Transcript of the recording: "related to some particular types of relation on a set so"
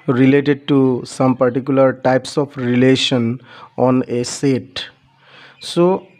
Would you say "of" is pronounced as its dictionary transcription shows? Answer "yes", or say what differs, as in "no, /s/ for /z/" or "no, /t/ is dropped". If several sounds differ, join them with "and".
no, /p/ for /v/